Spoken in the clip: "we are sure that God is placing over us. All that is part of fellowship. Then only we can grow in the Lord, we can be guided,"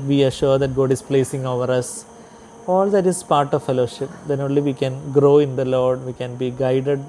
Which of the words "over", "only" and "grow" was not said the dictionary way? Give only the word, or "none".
none